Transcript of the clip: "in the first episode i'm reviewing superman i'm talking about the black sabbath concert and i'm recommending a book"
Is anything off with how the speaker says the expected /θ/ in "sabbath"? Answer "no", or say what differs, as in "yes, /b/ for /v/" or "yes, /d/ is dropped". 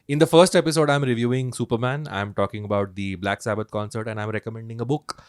yes, /t/ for /θ/